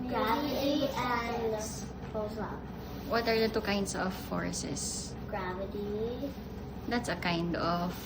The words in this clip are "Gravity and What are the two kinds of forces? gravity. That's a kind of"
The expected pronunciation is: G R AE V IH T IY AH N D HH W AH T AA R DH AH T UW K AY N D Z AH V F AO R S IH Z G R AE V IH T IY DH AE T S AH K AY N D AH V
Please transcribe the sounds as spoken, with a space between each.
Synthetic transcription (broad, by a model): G R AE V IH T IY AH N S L W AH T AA R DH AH T UW K AY N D S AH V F AO R S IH S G R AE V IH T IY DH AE T S AH K AY N D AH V